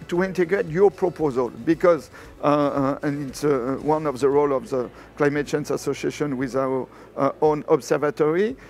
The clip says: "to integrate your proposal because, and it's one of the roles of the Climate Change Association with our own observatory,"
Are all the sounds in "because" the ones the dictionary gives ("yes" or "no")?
yes